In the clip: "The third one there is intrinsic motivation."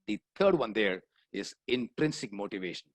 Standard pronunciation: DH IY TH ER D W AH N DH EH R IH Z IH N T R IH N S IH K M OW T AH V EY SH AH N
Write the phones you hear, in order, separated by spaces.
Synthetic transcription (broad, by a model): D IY T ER D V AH N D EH R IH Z IH N T R IH N S IH K M OW T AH V EY SH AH N